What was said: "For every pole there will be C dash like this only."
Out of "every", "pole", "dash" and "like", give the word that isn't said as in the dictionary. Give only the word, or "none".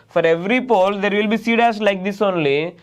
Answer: dash